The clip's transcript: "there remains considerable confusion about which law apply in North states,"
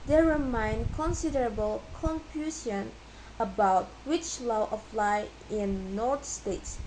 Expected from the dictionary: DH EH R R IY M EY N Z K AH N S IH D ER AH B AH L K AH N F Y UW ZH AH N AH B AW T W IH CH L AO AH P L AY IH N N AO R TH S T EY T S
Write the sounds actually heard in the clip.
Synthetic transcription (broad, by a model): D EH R R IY M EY N K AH N S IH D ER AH B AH L K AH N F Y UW S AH N AH B AW T W IH CH L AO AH F L AY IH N N AO R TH S T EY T S